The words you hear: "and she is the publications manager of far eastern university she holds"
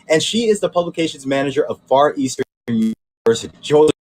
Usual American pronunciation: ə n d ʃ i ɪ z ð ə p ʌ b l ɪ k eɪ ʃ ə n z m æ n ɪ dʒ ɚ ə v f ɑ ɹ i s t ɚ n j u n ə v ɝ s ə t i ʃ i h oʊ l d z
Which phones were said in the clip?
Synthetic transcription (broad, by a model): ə n ʃ i ɪ z ð ə p ʌ b l ɪ k eɪ ʃ ə n z m æ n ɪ dʒ ɚ ə v f ɑ ɹ i s t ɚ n j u ə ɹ s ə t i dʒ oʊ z